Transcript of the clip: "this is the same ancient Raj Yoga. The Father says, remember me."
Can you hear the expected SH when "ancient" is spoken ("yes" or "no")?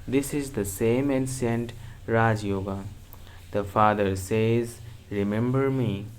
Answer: no